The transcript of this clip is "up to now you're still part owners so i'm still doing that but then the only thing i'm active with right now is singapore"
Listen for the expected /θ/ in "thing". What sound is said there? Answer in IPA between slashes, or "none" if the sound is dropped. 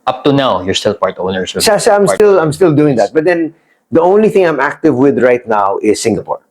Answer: /θ/